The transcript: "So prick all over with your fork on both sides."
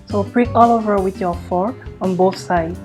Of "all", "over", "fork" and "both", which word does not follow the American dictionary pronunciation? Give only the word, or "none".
fork